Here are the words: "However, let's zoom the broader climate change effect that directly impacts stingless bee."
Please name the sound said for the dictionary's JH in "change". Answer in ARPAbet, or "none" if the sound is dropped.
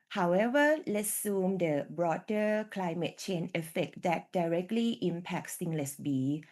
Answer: none